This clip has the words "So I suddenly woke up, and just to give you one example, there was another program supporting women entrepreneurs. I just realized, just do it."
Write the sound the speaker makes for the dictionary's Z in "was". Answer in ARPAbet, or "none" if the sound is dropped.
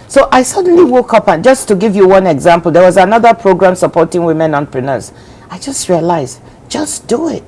Z